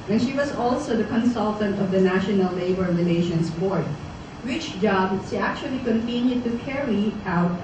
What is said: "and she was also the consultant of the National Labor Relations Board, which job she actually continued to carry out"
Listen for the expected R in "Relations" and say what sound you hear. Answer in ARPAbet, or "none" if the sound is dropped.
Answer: L